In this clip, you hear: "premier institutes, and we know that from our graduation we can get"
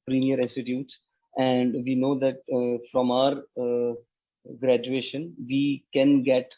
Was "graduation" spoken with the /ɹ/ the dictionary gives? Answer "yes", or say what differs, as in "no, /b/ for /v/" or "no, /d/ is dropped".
yes